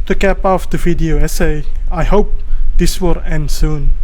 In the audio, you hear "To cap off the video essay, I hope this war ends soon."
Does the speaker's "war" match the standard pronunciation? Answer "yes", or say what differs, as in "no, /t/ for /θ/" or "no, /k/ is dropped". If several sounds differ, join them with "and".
no, /l/ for /ɹ/